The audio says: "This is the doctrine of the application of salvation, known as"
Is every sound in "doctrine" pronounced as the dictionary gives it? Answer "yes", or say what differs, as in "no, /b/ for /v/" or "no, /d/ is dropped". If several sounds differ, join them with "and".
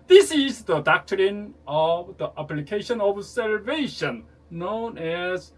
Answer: yes